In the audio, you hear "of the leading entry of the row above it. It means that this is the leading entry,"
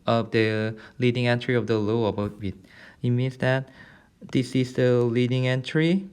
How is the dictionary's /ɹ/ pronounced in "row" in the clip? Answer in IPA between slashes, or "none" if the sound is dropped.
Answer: /l/